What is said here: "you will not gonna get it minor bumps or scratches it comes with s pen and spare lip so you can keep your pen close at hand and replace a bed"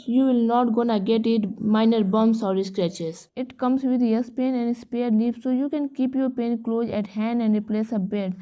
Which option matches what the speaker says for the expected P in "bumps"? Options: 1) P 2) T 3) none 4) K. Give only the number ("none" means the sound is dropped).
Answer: 3